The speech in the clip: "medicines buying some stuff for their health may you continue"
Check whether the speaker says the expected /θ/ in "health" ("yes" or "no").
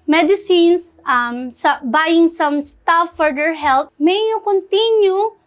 no